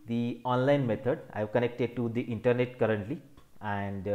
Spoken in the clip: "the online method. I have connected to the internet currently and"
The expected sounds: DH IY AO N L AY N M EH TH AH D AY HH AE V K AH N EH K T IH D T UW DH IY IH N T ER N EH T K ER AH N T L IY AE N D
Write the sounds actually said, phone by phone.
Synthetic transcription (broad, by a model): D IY AO N L AY N M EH T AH D AY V K AH N EH K T IH D T UW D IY IH N T ER N EH T K ER AH N T L IY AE N D